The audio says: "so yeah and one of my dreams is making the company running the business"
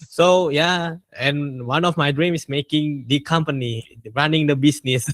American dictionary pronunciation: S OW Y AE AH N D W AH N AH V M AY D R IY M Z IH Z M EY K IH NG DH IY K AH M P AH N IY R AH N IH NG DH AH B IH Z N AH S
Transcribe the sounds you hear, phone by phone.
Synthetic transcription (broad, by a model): S OW Y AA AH N W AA N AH F M AY D R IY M IH S M EY K IH NG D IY K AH M P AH N IY R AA N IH NG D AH B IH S N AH S